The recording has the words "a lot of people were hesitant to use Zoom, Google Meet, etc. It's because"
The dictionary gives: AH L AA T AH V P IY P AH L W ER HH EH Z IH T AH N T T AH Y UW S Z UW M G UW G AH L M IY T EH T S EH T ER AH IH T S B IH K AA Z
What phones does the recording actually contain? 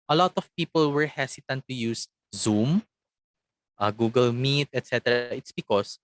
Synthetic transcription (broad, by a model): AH L AA T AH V P IY P AH L W ER HH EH S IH T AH N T T AH Y UW S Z UW M G UW G AH L M IY T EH T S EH T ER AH IH T S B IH K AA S